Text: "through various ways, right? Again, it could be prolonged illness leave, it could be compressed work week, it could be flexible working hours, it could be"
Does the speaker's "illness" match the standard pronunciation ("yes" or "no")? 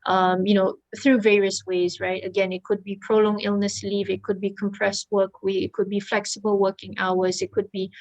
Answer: yes